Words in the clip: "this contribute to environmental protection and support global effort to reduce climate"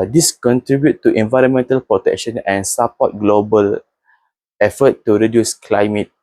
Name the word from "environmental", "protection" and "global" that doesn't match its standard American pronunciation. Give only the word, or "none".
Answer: none